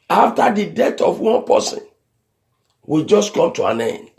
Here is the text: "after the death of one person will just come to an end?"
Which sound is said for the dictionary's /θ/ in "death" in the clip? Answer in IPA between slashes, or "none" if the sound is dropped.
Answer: /t/